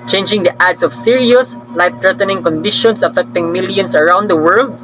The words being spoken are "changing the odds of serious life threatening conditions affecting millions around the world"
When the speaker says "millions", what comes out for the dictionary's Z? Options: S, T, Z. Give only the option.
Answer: S